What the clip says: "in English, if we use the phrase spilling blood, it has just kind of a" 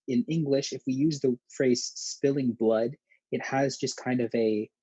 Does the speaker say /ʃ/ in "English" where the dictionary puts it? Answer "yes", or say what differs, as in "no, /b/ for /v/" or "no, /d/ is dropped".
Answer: yes